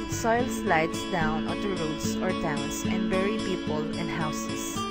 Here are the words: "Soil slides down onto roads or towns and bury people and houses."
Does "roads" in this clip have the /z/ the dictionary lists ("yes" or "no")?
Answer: no